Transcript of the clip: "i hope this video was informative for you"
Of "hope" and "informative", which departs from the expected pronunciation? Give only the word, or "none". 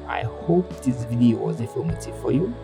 informative